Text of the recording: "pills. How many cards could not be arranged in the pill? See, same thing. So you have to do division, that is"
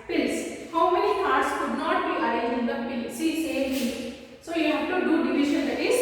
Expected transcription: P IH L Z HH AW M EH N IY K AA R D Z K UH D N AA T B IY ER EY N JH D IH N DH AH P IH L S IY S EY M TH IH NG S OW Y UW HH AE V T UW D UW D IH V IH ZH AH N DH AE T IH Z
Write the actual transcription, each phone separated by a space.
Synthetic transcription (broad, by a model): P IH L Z HH AW M EH N IY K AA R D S K UH D N AA T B IY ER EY JH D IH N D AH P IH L S IY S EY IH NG S OW Y UW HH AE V T UW D UW D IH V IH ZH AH N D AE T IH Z